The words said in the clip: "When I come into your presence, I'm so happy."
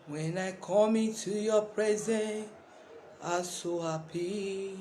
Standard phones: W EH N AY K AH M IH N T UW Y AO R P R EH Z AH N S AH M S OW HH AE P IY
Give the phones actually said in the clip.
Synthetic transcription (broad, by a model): W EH N AY K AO M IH T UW Y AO P R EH Z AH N AH S OW HH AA P IY